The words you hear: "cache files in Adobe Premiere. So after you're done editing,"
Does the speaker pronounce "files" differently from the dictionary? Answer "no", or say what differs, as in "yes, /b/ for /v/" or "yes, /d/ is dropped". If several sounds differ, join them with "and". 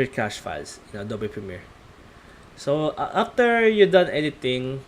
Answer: yes, /s/ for /z/